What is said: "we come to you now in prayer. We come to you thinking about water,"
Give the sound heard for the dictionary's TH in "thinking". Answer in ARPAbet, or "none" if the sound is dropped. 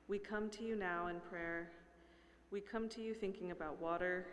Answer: TH